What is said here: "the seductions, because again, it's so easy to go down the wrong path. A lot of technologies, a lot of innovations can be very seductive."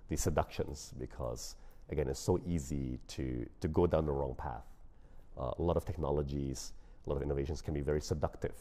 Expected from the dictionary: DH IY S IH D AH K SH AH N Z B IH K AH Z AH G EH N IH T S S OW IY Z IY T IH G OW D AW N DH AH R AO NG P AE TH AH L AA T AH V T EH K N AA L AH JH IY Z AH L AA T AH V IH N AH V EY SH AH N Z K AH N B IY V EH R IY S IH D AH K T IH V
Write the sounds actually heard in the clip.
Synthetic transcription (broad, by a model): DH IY S IH D AH K SH AH N Z B IH K AH Z AH G EH N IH T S S OW IY Z IY T IH G OW D AW N DH AH R AO NG P AE TH AH L AA T AH V T EH K N AA L AH JH IY Z AH L AA T AH V IH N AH V EY SH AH N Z K AH N B IY V EH R IY S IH D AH K T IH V